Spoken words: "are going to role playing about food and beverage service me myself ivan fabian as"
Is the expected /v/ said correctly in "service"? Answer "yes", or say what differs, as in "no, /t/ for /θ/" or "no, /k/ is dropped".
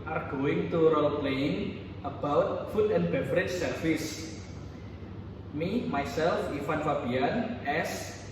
no, /f/ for /v/